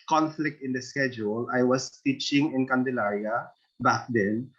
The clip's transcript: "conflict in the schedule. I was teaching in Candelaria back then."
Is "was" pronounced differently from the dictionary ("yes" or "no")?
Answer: yes